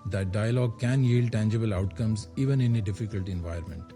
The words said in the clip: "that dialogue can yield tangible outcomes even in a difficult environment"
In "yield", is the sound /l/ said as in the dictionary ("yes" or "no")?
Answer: yes